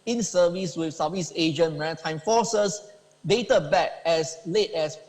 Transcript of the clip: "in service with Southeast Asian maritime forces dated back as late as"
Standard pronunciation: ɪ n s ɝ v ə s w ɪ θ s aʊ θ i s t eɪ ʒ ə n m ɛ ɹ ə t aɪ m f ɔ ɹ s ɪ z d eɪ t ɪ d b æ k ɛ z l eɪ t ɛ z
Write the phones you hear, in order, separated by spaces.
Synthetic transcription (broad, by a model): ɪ n s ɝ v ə s w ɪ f s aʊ f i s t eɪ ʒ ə n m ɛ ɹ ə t aɪ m f ɔ s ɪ s d eɪ t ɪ b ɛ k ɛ s l eɪ t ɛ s